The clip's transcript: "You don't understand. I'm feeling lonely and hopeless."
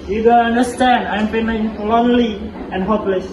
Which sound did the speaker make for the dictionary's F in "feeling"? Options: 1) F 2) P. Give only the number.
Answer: 2